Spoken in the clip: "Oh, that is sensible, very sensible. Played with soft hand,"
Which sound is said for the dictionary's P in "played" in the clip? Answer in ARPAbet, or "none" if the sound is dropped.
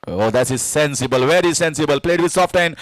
P